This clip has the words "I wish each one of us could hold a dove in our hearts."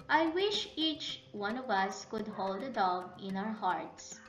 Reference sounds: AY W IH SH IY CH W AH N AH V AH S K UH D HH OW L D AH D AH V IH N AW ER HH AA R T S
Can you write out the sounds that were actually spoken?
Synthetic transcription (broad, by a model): AY W IH SH IY CH W AH N AH V AH S K UH D HH OW L D AH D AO B IH N AW ER HH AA R T S